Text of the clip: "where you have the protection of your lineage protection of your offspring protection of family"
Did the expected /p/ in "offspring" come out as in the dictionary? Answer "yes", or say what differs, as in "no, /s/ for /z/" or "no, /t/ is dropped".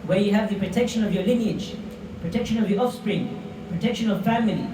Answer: yes